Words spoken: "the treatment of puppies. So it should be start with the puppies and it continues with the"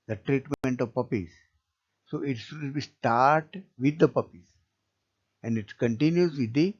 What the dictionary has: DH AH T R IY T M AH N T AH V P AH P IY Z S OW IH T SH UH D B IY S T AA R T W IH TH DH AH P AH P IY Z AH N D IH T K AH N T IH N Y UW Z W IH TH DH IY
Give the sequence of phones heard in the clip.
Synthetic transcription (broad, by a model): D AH T R IY T M AH N T AH V P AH P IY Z S OW IH T S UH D B IY S T AA R T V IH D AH P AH P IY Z AH N D IH T K AH N T IH N Y UW Z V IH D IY